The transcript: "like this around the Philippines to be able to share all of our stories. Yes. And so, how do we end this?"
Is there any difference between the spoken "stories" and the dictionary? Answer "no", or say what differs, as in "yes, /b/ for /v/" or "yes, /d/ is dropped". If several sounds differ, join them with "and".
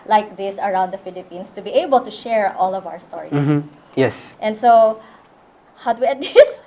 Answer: yes, /z/ is dropped